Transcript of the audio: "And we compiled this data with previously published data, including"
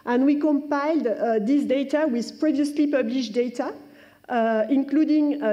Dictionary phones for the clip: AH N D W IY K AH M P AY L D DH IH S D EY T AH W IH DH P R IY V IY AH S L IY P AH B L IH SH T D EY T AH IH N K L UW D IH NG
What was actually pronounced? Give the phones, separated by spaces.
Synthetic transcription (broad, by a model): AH N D W IY K AH M P AY L D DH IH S D EY T AH W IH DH P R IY V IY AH S L IY P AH B L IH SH D EY T AH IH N K L UW D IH NG